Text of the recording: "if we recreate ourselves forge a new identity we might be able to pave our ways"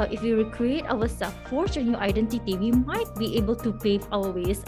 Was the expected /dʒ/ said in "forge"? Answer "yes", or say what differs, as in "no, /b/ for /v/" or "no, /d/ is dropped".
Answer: no, /tʃ/ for /dʒ/